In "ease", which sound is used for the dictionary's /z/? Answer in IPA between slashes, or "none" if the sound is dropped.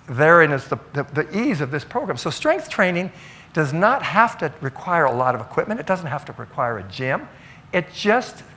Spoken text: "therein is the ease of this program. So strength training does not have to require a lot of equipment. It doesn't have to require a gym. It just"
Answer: /z/